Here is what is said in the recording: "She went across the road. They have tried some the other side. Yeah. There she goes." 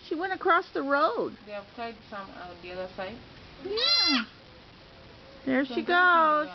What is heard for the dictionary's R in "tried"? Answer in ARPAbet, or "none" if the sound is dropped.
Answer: none